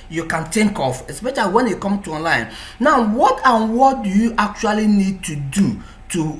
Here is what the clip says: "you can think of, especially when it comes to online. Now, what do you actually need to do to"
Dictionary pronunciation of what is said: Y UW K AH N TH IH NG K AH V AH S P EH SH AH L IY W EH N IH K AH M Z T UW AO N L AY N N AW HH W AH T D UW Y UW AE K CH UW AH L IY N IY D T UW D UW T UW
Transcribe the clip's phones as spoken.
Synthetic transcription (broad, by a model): Y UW K AH N T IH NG K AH F AH S P EH SH AH L IY W EH N IH K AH M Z T UW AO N L AY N N AW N W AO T D UW Y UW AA K CH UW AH L IY N IY D T UW D UW T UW